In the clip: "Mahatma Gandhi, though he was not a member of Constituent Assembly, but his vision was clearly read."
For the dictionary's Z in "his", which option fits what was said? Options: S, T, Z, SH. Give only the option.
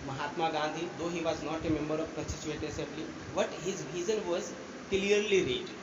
Z